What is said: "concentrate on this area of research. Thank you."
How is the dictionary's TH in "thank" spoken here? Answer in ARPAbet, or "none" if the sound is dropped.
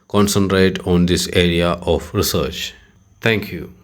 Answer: T